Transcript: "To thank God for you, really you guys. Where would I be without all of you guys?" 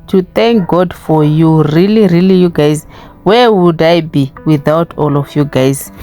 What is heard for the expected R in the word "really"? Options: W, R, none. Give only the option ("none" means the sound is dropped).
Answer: R